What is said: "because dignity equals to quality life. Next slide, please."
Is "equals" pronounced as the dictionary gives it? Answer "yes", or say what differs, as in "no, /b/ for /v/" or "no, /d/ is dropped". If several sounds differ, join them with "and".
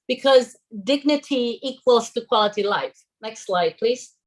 yes